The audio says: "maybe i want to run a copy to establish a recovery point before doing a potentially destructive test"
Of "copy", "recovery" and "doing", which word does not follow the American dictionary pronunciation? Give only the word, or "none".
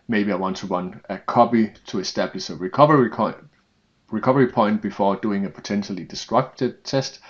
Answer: copy